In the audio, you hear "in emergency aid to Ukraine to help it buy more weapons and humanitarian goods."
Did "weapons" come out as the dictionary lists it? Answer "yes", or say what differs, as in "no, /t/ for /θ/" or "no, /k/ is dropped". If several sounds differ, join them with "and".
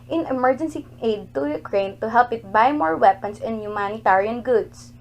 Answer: no, /s/ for /z/